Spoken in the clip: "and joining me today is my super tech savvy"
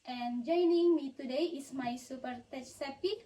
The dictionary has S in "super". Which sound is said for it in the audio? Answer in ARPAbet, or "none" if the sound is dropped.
S